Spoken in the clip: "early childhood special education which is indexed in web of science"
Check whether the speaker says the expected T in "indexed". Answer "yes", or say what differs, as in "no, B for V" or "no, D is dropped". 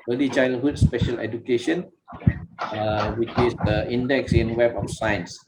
no, T is dropped